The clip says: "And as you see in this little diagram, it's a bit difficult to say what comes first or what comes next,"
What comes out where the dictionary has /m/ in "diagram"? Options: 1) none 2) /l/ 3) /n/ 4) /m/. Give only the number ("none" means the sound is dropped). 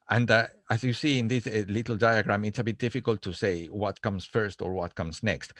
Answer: 4